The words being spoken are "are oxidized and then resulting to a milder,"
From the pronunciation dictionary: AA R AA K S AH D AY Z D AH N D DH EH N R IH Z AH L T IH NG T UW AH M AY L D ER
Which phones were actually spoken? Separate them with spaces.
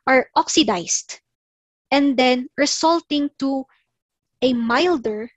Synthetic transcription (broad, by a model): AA R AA K S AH D AY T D AH N D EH N R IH S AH L T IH NG T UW AH M AY L D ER